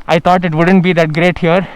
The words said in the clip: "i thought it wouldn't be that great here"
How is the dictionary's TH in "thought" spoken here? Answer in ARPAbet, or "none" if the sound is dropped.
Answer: T